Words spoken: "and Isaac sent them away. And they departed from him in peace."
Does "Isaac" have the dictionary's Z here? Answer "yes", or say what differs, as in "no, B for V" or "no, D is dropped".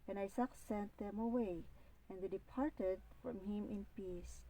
no, S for Z